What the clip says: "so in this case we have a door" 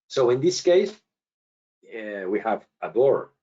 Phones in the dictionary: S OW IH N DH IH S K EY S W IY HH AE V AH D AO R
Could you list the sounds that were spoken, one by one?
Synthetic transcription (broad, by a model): S OW IH N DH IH S K EY S W IY HH AE V AH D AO R